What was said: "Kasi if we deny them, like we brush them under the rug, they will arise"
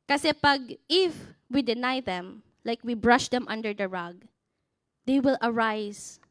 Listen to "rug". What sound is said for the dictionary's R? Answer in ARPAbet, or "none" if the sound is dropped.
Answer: R